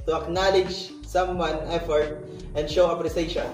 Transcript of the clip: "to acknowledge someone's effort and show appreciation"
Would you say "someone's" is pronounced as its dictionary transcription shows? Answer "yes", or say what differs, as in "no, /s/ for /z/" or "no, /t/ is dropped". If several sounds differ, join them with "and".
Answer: no, /z/ is dropped